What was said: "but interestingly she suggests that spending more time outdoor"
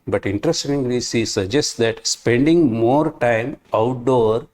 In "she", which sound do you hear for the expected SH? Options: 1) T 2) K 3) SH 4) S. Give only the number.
4